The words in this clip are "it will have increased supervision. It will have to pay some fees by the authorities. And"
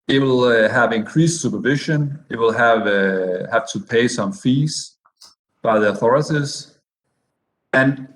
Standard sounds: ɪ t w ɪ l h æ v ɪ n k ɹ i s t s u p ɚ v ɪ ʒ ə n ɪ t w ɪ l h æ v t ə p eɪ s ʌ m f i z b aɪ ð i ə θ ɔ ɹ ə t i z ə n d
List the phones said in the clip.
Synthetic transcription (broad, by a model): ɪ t w ɪ l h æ v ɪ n k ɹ i s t s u p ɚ v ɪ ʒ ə n ɪ t w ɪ l h æ v t ə p eɪ s ʌ m f i z b aɪ ð i ə θ ɔ ɹ ə t i z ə n